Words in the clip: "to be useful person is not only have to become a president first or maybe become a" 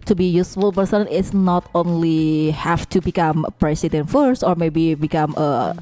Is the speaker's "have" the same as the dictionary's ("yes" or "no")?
no